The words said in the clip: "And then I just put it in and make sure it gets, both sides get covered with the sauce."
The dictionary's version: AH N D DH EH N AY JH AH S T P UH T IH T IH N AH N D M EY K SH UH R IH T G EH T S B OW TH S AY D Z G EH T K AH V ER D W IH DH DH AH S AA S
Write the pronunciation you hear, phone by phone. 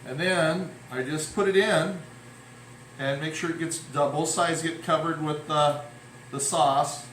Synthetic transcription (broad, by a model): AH N DH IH N AY JH AH S P UH T IH T IH N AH N M EY K SH UH R IH T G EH T S B OW TH S AY D Z G EH T K AH V ER D W IH DH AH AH S AA S